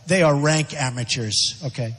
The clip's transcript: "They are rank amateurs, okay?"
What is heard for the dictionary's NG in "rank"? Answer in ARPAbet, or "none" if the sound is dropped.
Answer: NG